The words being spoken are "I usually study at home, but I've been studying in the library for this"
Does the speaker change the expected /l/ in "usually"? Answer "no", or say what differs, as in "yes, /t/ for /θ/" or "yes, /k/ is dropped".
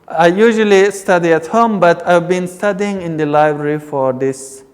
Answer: no